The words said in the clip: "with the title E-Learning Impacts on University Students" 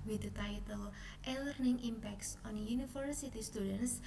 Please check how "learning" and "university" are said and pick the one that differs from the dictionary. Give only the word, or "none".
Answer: university